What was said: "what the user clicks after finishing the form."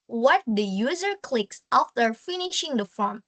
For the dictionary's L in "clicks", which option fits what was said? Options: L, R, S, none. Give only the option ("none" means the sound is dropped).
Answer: L